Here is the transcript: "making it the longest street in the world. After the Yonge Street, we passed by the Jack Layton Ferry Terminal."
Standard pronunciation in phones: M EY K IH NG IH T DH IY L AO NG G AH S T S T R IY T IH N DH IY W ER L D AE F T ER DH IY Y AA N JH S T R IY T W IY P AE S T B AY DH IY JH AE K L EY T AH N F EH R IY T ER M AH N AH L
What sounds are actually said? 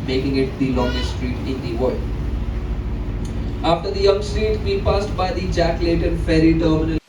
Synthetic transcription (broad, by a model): M EY K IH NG IH T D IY L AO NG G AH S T S T R IY T IH N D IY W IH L AA F T ER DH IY Y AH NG S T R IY T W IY P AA S T B AY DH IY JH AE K L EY T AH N F EH R IY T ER M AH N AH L